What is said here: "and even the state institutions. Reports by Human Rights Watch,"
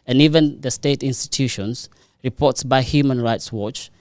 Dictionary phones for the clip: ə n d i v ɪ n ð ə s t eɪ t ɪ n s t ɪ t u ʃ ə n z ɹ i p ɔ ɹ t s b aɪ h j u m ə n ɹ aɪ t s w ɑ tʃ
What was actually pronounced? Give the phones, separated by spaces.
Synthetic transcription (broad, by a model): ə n i v ɪ n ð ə s t eɪ t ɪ n s t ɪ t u ʃ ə n s ɹ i p ɔ t s b aɪ h j u m ə n ɹ aɪ t s w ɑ tʃ